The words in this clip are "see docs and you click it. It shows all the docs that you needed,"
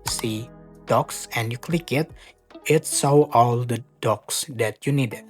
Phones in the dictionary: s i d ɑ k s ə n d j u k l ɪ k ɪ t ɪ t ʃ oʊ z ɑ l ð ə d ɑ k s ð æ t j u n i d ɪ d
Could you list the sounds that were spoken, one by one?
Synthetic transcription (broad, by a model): s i d ɑ k s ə n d j u k l ɪ k ɪ t ɪ t s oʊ ɑ l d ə d ɑ k s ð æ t j u n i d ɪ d